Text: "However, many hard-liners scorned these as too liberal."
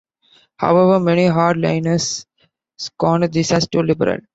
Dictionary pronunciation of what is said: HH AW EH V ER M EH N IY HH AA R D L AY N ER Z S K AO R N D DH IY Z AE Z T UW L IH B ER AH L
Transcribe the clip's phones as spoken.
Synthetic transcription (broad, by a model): HH AW EH V ER M EH N IY HH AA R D L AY N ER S K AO N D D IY S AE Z T UW L IH B ER AH L